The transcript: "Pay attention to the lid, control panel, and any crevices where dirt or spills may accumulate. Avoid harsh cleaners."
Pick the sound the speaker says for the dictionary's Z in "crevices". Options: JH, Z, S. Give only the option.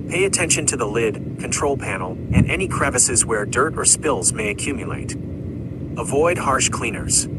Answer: Z